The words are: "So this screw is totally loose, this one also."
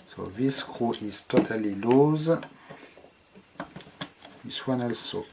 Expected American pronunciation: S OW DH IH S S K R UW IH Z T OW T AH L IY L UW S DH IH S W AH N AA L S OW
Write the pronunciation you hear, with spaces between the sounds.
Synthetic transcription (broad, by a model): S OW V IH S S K UW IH S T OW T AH L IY L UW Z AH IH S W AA N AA L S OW